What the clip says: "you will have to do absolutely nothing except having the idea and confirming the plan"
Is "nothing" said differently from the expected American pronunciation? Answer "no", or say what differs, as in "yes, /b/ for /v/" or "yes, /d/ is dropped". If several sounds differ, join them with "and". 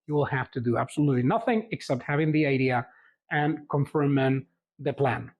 no